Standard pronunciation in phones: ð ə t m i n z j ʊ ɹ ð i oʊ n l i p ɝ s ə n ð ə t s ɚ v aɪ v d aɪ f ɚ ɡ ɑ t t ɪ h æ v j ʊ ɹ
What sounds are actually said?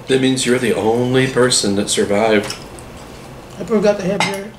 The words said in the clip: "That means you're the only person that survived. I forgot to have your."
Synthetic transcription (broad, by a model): ð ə t m i n z j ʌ ɹ ð i oʊ n l i p ɝ s ə n ð ə t s ɚ v aɪ v d aɪ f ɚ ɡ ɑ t t ɪ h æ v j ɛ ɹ